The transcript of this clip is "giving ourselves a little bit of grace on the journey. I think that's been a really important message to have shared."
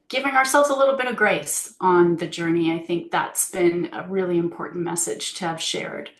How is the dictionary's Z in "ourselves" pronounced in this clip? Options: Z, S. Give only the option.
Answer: Z